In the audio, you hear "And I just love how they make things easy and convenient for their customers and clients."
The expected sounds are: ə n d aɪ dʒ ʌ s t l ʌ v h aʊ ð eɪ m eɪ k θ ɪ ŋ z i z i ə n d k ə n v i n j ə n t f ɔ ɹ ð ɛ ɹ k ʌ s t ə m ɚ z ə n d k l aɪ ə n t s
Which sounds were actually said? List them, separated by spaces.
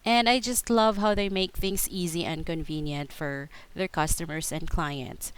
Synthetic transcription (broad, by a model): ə n d aɪ dʒ ʌ s t l ʌ v h aʊ ð eɪ m eɪ k θ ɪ ŋ s i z i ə n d k ə n v i n j ə n t f ɔ ɹ ð ɛ ɹ k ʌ s t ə m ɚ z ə n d k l aɪ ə n t s